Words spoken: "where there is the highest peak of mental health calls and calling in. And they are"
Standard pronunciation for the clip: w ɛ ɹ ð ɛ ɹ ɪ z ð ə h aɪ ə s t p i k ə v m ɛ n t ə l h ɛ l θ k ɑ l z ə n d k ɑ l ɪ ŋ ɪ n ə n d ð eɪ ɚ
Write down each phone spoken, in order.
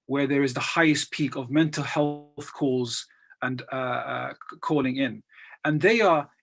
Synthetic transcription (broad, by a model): w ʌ ɹ ð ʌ ɹ ɪ z ð ə h aɪ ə s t p i k ə v m ɛ n t l h ɛ l θ k ɑ l z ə n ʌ k ɑ l ɪ ŋ ɪ n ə n ð eɪ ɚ